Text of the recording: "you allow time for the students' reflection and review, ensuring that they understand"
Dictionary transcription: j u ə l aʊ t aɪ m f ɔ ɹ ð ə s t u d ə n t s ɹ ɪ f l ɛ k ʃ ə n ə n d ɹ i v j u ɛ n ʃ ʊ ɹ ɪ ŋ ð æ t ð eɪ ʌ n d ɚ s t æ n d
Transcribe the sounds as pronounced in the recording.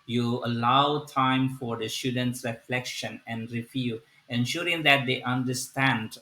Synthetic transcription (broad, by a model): j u ə l aʊ t aɪ m f ɔ ɹ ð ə s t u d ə n t s ɹ ɪ f l ɛ k ʃ ə n ə n d ɹ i f j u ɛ n ʃ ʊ ɹ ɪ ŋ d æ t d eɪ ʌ n d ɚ s t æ n d